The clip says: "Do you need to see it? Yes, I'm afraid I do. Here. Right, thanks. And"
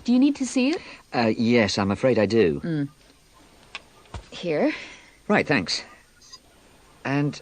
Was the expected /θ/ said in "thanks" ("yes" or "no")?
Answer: yes